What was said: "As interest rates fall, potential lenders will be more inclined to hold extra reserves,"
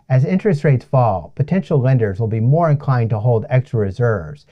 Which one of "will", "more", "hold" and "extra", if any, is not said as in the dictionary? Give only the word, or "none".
none